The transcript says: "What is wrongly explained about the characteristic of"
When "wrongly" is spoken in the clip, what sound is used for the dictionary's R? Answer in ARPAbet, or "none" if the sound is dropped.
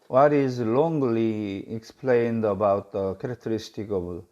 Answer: L